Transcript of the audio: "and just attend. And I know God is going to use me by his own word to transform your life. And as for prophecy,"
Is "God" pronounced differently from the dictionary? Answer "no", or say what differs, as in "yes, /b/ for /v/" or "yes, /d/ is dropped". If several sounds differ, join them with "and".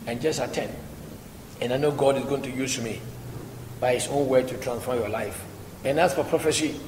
no